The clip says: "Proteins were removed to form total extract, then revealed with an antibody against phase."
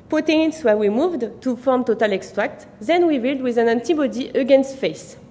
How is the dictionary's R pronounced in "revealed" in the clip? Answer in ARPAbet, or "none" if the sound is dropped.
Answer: W